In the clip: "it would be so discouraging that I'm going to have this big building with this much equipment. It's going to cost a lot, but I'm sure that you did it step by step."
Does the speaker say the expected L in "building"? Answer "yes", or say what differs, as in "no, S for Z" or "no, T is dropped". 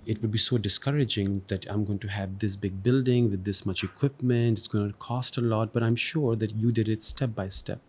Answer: yes